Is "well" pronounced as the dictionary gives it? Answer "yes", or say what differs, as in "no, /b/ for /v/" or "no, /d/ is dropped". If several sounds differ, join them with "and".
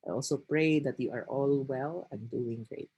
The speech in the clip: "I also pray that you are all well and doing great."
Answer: yes